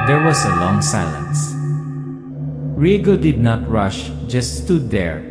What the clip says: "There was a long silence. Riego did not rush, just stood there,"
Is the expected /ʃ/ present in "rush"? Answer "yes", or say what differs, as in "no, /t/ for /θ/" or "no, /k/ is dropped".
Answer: yes